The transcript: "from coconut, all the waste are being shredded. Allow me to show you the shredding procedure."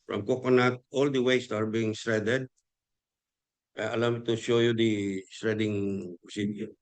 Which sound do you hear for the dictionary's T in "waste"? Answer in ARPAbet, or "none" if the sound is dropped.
T